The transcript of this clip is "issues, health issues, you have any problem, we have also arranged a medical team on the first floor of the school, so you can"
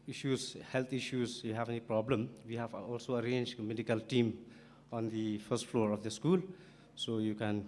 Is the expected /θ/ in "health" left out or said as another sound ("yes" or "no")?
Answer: yes